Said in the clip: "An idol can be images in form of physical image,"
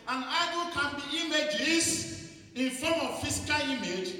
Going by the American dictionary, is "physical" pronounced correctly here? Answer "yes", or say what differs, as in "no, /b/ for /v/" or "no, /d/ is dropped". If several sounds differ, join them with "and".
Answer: no, /s/ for /z/